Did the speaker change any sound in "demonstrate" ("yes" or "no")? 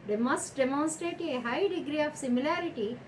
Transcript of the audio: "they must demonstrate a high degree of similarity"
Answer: no